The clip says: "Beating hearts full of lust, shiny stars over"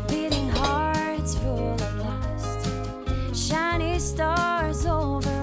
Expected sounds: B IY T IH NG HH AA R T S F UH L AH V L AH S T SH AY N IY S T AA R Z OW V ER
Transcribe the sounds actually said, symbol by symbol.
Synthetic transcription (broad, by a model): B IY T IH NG HH AA R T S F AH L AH B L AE S T SH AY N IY S T AA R Z OW V ER